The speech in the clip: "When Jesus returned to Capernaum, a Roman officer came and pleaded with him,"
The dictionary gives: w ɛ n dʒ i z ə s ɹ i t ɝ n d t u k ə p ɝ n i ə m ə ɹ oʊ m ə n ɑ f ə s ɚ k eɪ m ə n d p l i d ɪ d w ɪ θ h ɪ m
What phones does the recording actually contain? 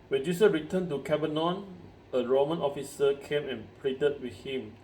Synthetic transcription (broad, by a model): w ɛ n dʒ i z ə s ɹ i t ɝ n t u k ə b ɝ n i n ə ɹ oʊ m ə n ɑ f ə s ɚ k eɪ m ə n p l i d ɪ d w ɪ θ h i m